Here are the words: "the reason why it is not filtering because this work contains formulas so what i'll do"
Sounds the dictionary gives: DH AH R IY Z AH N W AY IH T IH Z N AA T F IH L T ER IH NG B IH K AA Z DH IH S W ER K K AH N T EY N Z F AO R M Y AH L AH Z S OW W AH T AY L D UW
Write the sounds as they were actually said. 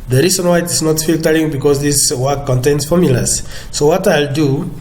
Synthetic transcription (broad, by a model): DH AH R IY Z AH N W AY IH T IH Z N AA T F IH L T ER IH NG B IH K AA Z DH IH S W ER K K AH N T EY N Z F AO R M Y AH L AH S OW W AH T AY L D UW